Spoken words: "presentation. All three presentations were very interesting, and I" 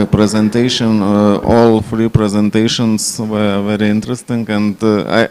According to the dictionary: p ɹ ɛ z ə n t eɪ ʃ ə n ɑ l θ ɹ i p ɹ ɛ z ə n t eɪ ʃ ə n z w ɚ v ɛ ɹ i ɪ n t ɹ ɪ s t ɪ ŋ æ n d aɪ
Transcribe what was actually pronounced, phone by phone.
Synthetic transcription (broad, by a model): p ɹ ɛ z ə n t eɪ ʃ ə n ɑ l f ɹ i p ɹ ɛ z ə n t eɪ ʃ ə n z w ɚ v ɛ ɹ i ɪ n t ɹ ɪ s t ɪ ŋ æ n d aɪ